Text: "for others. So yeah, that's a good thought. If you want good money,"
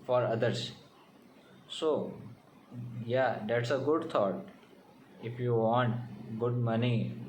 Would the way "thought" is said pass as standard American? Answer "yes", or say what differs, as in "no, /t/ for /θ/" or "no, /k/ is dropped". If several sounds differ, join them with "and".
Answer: no, /t/ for /θ/